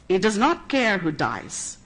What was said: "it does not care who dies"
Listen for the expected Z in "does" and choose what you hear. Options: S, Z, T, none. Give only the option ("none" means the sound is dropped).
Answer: Z